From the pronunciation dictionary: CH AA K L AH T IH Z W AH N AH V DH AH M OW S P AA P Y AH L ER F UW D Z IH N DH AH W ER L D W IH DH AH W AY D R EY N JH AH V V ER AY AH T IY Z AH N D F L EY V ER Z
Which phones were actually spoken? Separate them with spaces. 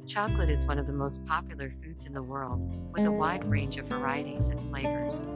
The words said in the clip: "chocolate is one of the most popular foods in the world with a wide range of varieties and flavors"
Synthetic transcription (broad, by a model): CH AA K L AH T IH Z W AH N AH V DH AH M OW S P AA P Y L ER F UW D Z IH N DH AH W ER L D W IH DH AH W AY D R EY N JH AH V V ER AY AH T IY Z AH N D F L EY V ER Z